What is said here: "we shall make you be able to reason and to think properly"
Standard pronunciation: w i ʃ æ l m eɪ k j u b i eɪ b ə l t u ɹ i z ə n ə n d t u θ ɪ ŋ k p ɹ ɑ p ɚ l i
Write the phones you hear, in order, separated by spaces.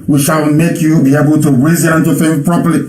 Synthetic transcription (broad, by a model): w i ʃ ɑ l m eɪ k j u b i eɪ b ə l t u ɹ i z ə l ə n t u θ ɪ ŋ p ɹ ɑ p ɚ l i